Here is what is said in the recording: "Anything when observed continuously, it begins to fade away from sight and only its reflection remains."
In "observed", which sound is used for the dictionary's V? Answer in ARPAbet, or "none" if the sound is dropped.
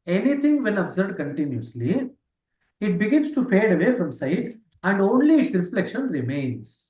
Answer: none